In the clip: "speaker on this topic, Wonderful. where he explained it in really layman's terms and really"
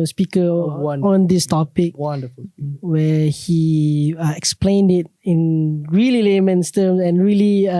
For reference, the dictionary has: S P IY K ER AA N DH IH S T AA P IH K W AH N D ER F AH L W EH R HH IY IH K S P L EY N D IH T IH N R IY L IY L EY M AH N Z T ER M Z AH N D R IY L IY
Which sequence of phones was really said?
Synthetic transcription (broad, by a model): S P IY K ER AA N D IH S T AA P IH K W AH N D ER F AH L W EH HH IY IH K S P L EY N D IH T IH N R IY L IY L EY M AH N S T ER M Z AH N R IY L IY